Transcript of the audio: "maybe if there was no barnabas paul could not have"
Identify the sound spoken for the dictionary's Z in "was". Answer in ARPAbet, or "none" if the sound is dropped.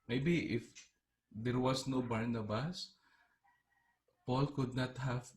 S